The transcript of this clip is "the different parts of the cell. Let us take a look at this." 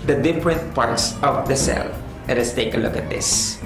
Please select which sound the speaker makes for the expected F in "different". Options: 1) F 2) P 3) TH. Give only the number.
2